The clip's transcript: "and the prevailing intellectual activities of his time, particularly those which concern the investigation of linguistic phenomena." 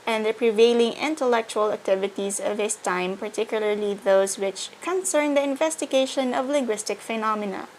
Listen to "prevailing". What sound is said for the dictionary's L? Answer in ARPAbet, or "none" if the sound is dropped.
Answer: L